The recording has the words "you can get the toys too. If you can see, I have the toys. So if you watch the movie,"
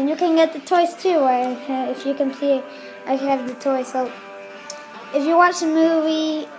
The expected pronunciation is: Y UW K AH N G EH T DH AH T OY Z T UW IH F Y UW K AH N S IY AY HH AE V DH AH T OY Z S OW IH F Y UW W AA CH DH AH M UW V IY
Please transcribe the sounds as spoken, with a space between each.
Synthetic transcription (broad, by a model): Y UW K AH N G EH T DH AH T OY S T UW IH F Y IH K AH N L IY AY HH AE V DH AH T OY S OW IH F Y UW W AA CH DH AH M UW V IY